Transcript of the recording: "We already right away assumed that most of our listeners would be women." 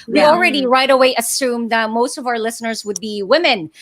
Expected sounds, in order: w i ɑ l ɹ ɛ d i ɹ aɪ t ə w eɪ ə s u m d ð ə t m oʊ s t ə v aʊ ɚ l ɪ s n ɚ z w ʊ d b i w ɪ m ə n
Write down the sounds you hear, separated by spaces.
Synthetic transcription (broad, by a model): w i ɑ l ɹ ɛ d i ɹ aɪ t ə w eɪ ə s u m ð ə t m oʊ s t ə v aʊ ɚ l ɪ s n ɚ z w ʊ d b i w ɪ m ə n